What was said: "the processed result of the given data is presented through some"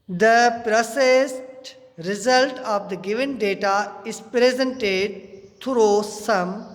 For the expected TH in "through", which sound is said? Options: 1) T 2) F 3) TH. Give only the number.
1